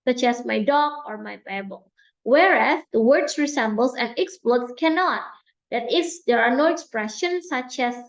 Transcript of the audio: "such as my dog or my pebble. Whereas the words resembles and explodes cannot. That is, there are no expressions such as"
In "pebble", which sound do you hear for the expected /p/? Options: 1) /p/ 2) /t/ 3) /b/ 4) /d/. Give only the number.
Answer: 3